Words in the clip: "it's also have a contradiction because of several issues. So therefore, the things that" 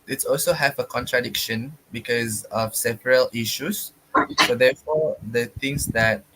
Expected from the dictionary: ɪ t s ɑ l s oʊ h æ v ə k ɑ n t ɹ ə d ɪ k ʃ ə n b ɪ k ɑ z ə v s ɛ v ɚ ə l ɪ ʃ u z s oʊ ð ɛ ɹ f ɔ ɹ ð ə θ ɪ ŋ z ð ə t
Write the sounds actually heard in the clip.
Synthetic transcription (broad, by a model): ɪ t s ɑ l s oʊ h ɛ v ə k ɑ n t ɹ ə d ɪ k ʃ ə n b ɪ k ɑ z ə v s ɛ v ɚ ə l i ʃ u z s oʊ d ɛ f ɔ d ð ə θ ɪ ŋ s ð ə t